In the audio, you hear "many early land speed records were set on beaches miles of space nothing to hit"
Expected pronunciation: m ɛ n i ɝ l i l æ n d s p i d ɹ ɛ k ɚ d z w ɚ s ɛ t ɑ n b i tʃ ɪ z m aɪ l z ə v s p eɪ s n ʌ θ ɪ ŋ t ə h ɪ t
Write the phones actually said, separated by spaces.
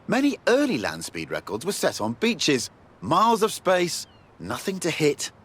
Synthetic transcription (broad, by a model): m ɛ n i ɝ l i l æ n d s p i d ɹ ɛ k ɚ d z w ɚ s ɛ t n b i tʃ ɪ z m aɪ l z ə v s p eɪ s n ʌ θ ɪ ŋ t ə h ɪ t